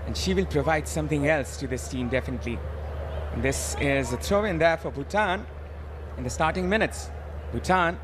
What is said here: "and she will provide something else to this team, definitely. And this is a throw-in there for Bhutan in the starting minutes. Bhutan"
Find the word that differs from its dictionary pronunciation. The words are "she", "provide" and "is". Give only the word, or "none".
none